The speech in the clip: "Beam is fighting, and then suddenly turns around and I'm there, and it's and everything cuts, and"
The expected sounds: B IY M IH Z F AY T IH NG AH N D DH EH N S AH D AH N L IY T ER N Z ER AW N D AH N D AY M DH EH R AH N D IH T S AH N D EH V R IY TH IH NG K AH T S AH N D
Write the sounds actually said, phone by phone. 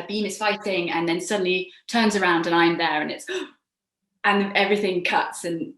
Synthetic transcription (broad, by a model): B IY M IH Z F AY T IH NG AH N DH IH N S AH D N L IY T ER N Z ER AW N D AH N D AY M DH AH R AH N IH T S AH N EH V R IY TH IH NG K AH T S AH N